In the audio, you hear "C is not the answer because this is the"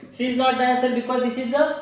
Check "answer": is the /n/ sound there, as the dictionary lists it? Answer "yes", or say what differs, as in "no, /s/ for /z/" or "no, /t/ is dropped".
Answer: no, /n/ is dropped